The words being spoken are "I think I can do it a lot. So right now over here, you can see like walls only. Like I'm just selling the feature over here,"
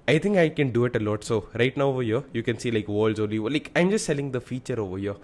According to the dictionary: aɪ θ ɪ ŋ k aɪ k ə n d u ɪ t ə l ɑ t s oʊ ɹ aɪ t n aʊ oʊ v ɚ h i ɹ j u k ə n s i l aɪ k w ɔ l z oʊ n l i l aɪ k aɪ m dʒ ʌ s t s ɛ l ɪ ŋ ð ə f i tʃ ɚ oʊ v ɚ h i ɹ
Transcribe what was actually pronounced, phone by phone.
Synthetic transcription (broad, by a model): aɪ t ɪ ŋ k aɪ k ə n d u ɪ t ə l ɑ t s oʊ ɹ aɪ t n aʊ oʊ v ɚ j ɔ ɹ j u k ə n s i l aɪ k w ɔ l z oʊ l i l aɪ k aɪ m dʒ ʌ s t s ɛ l ɪ ŋ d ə f i tʃ ɚ oʊ v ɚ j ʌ